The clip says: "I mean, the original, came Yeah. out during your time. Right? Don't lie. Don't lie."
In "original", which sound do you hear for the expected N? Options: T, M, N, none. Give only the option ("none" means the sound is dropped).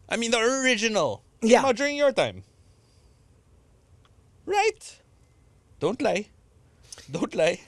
N